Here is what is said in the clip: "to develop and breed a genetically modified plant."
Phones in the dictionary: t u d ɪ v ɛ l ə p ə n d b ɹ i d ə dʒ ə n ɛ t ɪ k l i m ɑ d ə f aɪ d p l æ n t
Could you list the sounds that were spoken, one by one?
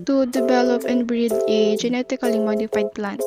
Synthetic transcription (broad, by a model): t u d ɪ v ɛ l ə p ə n b ɹ i d ə dʒ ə n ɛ t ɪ k l i m ɑ d ə f aɪ d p l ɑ n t